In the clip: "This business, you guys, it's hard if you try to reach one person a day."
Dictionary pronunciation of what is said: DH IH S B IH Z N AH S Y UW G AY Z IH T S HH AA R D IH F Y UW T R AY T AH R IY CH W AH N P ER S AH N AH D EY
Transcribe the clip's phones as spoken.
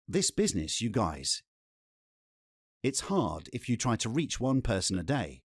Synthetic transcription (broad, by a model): DH IH S B IH Z N AH S Y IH G AY Z IH T S HH AA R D IH F Y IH T R AY T AH R IY CH W AH N P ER S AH N AH D EY